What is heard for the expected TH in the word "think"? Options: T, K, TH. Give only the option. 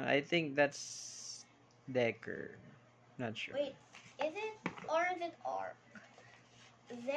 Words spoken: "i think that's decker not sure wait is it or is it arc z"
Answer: TH